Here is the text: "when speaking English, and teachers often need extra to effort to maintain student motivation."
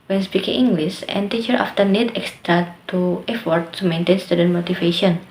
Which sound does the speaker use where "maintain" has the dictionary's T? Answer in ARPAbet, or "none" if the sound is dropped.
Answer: T